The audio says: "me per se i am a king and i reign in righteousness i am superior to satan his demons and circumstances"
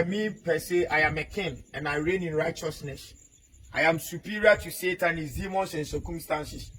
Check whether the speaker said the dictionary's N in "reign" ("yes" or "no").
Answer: yes